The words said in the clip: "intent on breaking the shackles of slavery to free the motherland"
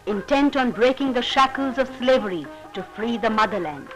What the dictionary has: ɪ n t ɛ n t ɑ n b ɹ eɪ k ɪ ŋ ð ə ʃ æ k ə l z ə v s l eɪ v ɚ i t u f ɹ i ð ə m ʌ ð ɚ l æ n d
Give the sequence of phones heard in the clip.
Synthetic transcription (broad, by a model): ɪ n t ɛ n t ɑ n b ɹ eɪ k ɪ ŋ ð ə ʃ æ k ə l z ə v s l eɪ v ɚ i t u f ɹ i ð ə m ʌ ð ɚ l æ n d